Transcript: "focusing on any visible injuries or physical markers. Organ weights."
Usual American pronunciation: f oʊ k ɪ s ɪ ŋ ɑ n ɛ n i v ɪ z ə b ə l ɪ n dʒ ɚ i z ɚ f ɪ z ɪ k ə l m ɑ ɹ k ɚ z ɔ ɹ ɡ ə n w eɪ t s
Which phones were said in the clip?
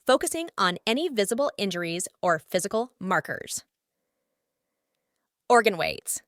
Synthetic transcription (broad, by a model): f oʊ k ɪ s ɪ ŋ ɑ n ɛ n i v ɪ z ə b l ɪ n dʒ ɚ i z ɚ f ɪ z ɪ k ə l m ɑ ɹ k ɚ z ɔ ɹ ɡ ə n w eɪ t s